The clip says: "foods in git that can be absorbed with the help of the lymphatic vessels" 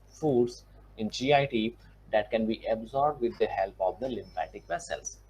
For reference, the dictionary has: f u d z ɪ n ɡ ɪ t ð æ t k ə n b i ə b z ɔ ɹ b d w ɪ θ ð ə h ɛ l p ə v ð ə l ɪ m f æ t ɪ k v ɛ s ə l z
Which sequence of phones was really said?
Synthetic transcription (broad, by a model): f u d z ɪ n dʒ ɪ t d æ t k ə n b i ə b z ɔ ɹ b d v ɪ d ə h ɛ l p ə v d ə l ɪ m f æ t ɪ k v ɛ s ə l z